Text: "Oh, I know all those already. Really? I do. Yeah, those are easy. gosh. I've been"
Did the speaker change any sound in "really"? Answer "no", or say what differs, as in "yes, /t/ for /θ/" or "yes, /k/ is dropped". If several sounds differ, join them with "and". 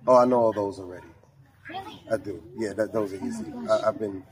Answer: yes, /l/ is dropped